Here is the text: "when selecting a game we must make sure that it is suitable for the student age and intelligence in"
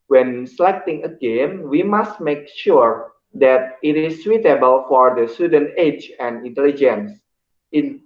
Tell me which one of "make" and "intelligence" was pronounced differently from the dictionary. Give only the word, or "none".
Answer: none